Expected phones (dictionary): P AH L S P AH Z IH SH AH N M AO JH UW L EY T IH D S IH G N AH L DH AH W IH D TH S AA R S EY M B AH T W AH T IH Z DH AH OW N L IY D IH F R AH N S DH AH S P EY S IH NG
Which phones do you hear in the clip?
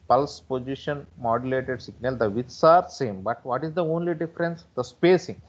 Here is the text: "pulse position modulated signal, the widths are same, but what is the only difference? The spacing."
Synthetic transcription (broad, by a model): P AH L S P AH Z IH SH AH N M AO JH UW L EY T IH D S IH G N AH L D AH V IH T S AA R S EY M B AH T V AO T IH Z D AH OW N L IY D IH F R AH N S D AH S P EY S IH NG